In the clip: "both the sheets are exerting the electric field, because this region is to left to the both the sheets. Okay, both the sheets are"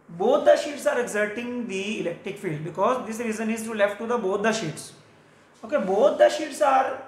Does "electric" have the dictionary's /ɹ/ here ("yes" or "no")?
yes